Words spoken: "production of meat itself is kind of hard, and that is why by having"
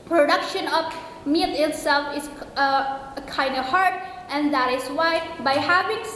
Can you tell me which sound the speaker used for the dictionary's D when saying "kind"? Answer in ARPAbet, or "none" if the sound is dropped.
D